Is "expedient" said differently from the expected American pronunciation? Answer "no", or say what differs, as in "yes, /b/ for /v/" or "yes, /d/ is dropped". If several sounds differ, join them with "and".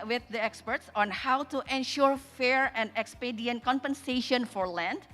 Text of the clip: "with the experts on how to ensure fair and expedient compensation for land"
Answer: no